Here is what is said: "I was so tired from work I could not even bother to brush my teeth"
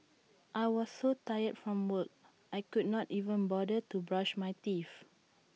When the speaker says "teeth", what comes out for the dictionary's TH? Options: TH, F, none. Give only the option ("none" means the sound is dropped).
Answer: F